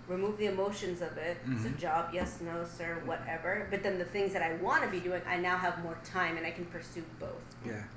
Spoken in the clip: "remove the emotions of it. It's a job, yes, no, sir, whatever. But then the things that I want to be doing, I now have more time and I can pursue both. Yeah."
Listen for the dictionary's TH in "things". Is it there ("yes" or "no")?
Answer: yes